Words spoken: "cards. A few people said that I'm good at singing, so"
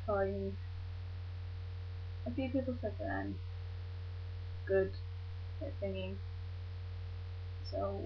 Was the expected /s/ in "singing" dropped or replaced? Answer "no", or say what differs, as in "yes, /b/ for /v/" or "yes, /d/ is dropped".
yes, /θ/ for /s/